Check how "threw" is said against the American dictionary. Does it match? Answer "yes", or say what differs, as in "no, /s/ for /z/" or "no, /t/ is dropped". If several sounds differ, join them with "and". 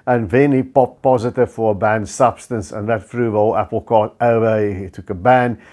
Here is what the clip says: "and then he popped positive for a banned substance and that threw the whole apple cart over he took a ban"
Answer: no, /f/ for /θ/